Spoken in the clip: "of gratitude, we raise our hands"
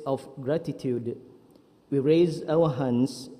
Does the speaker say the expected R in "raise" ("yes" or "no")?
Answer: yes